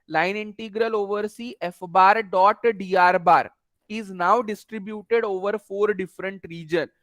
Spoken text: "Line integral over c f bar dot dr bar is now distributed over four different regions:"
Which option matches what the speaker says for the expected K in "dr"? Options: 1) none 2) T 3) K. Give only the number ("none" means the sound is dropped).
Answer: 1